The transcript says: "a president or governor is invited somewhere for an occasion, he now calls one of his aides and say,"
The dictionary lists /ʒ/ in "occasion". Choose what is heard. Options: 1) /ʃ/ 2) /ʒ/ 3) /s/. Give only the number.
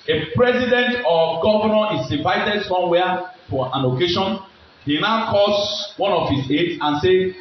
1